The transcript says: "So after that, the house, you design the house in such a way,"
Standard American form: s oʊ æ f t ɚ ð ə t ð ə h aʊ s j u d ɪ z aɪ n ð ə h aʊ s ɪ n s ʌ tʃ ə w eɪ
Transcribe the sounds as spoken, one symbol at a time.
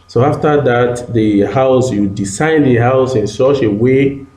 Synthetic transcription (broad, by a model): s oʊ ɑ f t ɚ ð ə t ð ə h aʊ s j u d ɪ s aɪ n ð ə h aʊ s ɪ n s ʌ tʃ ə w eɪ